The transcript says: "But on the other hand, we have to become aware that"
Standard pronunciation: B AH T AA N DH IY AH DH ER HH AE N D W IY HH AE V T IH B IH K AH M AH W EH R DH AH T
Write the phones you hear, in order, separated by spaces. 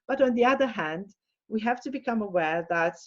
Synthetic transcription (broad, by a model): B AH T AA N DH IY AH DH ER HH AE N D W IY HH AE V T IH B IH K AH M AH W EH R DH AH T